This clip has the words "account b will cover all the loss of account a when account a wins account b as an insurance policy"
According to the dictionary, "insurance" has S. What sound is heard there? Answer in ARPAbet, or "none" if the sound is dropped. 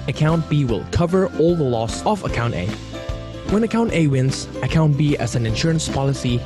S